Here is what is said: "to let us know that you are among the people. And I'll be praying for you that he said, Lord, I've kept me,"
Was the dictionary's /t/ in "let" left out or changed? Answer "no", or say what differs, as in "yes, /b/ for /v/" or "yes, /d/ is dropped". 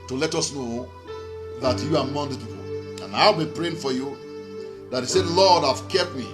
no